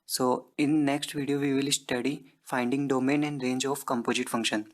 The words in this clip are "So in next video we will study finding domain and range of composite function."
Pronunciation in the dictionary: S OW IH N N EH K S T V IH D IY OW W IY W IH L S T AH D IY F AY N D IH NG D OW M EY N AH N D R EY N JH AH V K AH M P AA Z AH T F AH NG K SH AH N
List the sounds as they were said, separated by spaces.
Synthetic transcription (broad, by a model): S OW IH N N EH K S T V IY D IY OW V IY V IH L S T AH D IY F AY N D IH NG D OW M EY N AH N D R EY N JH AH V K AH M P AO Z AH T F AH NG K SH AH N